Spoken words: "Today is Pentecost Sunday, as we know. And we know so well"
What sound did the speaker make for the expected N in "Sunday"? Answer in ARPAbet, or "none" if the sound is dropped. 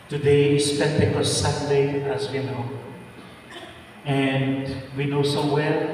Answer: none